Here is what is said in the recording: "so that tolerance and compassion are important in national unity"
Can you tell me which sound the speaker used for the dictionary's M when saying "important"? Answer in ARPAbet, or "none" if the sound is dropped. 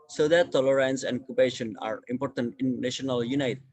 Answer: M